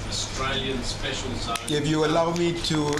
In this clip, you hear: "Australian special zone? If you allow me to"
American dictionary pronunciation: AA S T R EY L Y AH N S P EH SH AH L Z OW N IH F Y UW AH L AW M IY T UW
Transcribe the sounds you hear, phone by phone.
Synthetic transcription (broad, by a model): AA S T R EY L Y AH N S P EH SH AH L S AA IH F Y UW AH L AW M IY T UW